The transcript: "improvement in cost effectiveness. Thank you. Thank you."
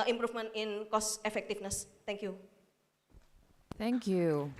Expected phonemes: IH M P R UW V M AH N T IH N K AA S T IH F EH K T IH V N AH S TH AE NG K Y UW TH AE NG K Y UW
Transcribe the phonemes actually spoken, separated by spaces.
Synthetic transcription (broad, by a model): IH M P R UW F M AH N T IH N K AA S IH F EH K T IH F N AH S T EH NG K Y UW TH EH NG K Y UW